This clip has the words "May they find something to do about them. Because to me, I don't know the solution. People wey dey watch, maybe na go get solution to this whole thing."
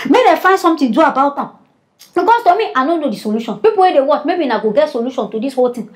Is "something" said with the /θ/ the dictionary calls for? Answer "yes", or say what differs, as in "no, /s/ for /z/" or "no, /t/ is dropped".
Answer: no, /t/ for /θ/